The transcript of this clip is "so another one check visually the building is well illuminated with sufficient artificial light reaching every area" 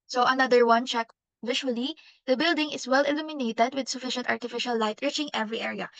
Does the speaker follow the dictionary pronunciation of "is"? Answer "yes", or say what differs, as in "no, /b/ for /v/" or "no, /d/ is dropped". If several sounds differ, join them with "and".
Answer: no, /s/ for /z/